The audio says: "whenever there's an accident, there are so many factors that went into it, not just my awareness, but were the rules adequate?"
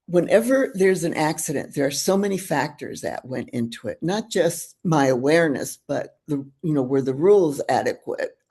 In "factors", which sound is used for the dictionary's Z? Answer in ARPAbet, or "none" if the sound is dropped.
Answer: Z